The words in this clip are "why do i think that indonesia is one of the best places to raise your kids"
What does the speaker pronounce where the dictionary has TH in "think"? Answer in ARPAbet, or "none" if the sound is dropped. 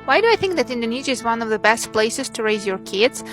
TH